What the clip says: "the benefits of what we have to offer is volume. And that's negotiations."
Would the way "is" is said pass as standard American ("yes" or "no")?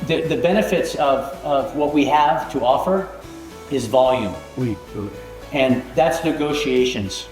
yes